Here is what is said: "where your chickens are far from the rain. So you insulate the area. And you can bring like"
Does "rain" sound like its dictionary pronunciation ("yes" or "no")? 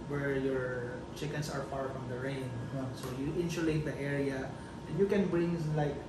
yes